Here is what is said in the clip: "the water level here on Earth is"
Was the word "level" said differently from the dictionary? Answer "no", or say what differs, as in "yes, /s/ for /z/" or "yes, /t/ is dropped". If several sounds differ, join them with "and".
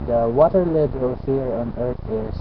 yes, /b/ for /v/